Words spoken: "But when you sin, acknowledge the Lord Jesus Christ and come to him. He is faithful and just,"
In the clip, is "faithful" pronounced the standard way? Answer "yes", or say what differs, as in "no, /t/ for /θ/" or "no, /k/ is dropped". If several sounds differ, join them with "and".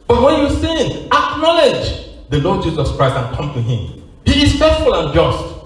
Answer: no, /s/ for /θ/